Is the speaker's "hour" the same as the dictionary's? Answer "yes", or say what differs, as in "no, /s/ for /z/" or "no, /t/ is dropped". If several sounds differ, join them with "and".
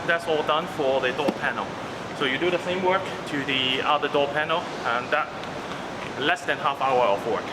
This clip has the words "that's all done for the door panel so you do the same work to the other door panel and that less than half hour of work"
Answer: no, /w/ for /ɹ/